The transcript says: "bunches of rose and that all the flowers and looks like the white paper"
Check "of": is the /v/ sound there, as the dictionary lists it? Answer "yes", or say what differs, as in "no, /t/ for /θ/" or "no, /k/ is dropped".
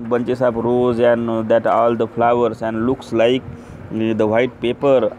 no, /b/ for /v/